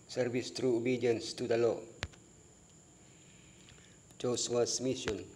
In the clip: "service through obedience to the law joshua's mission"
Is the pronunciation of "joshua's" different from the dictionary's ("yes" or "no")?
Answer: yes